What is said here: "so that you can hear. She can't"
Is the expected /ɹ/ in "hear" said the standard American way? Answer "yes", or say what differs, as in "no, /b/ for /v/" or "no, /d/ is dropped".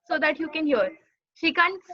yes